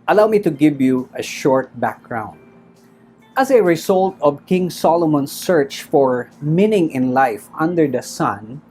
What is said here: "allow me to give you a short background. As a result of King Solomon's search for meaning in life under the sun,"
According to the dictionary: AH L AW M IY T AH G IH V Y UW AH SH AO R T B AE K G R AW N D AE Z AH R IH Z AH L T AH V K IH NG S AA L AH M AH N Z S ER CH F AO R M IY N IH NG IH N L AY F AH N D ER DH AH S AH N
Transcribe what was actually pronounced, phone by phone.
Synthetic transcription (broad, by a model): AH L AW M IY T AH G IH V Y UW AH SH AO R T B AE K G R AW N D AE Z AH R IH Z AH L T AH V K IH NG S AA L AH M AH N S ER CH F AO R M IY N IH NG IH N L AY F AH N D ER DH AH S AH N